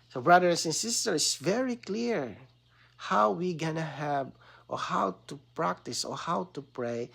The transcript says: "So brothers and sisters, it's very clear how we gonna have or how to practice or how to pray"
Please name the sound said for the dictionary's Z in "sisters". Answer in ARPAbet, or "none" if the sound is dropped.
none